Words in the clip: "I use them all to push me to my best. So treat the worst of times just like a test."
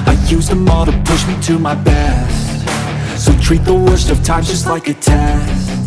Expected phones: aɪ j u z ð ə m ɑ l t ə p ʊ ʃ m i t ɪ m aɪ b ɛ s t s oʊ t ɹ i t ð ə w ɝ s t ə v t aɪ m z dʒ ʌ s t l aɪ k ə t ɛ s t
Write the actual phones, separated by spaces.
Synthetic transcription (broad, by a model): aɪ j u z ð ə m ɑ t ə p ʊ ʃ m i t ɪ m aɪ b ɛ s t s oʊ t ɹ i t ð ə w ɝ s t ə v t aɪ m dʒ ʌ s t l aɪ k ə t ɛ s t